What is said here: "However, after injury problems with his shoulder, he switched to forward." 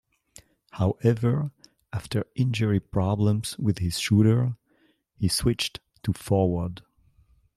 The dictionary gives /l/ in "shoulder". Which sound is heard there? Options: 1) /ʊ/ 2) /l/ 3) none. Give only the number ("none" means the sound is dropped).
3